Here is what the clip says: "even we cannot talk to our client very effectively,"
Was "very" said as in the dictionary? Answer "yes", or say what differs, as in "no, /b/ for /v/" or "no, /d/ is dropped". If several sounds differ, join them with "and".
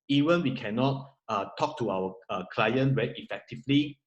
no, /w/ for /v/